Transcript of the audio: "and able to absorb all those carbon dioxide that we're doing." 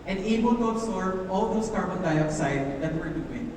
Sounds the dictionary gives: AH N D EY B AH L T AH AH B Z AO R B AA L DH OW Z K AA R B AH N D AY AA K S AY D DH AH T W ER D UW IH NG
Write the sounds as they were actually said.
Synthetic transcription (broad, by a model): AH N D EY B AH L T AH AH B S AO R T AA L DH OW S K AA R B AH N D AY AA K S AY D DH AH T W ER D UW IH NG